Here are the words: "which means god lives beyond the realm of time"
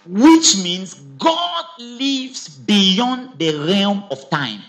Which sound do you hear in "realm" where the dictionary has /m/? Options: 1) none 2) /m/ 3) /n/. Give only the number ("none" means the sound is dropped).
2